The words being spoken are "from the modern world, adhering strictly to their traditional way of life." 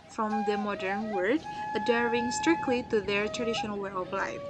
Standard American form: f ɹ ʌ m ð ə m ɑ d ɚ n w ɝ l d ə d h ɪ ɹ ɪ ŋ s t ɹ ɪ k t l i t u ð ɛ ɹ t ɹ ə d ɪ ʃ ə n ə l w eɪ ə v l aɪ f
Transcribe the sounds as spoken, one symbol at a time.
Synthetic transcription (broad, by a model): f ɹ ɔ m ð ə m ɑ d ɚ n w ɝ d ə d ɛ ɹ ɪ ŋ s t ɹ ɪ k t l i t u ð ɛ ɹ t ɹ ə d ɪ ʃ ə n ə l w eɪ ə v l aɪ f